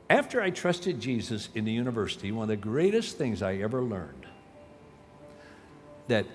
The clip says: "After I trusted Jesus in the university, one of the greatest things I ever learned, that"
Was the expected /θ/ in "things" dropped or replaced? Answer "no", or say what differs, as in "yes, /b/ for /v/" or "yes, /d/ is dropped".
no